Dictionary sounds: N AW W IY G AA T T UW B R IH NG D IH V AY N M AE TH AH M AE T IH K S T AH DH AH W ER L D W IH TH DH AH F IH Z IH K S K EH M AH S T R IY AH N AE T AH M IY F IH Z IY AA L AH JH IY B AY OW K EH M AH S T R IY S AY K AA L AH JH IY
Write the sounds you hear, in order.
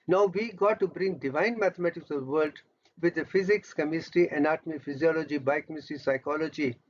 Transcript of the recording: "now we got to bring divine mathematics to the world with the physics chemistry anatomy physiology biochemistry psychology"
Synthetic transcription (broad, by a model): N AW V IY G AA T T UW B R IH NG D IH V AY N M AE T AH M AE T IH K S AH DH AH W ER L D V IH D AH F IH Z IH K S K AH M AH S T IY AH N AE T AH M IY F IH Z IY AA L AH JH IY B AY K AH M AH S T IY S AY K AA L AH JH IY